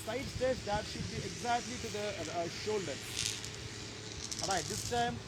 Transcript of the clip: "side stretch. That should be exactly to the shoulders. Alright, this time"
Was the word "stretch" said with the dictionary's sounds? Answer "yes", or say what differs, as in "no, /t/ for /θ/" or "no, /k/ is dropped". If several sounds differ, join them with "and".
no, /ɹ/ is dropped